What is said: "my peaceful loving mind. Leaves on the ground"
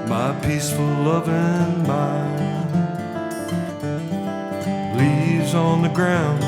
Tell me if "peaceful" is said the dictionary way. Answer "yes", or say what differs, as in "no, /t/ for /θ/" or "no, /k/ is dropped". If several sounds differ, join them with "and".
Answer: yes